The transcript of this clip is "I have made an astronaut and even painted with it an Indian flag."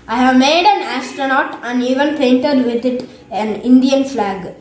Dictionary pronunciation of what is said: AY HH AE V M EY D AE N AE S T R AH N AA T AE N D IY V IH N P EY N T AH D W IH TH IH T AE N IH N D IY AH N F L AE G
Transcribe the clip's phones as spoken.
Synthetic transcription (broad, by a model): AY HH AE V M EY D AE N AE S T R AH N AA T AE N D IY V IH N P EY N T AH D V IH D IH T AE N IH N D IY AH N F L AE G